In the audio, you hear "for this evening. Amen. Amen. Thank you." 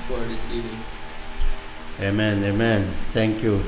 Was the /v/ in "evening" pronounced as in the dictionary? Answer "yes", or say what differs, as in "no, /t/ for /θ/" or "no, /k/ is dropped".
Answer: no, /v/ is dropped